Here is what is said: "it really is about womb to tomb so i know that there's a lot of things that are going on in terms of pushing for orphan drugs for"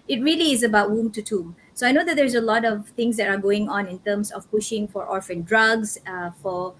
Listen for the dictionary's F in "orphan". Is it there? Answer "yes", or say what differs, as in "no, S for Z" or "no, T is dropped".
yes